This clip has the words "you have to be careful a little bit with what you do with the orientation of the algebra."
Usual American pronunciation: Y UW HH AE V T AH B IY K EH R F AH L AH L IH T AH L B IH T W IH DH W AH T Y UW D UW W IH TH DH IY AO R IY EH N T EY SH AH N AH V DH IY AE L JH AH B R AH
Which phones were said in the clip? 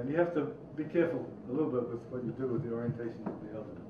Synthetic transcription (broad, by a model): Y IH HH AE F T AH B IY K EH R F AH L AH L IH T L B IH T W IH DH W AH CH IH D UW W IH DH IY AO R IY EH N T EY SH AH N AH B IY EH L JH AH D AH